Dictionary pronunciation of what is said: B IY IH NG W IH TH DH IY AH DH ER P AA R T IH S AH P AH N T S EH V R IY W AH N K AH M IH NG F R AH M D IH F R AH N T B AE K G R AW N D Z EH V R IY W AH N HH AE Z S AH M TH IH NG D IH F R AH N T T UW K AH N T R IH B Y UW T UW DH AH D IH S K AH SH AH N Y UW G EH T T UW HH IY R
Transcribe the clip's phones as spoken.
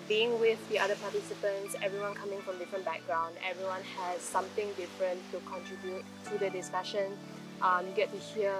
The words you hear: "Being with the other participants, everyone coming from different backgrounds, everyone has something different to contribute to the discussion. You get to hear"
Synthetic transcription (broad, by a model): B IY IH NG W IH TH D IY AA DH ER P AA T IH S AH P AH N T S EH V R IY W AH N K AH M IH NG F R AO M D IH F R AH N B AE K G R AW N D EH V R IY W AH N HH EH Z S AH M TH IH NG D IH F R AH N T T UW K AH N T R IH B Y UW T UW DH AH D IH S K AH SH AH N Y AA G EH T T UW HH IY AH